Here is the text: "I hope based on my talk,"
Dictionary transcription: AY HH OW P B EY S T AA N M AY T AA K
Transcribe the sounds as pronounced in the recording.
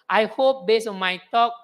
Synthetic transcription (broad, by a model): AY HH OW P B EY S AA N M AY T AA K